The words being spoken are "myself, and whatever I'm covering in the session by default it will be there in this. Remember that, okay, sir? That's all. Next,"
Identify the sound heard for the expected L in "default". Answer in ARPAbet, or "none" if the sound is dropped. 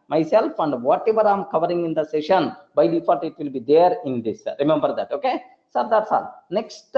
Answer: none